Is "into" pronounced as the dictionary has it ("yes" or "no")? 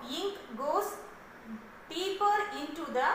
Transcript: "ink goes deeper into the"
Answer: yes